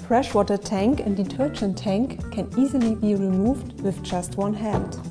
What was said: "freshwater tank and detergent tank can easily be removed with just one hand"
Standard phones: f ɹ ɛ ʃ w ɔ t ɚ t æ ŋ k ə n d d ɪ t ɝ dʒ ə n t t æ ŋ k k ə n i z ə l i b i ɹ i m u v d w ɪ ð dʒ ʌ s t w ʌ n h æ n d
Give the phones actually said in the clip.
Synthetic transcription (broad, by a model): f ɹ ɛ ʃ w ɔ t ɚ t æ ŋ k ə n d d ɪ t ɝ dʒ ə n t t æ ŋ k k ə n i z ə l i b i ɹ i m u v d w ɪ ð dʒ ʌ s t w ʌ n h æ n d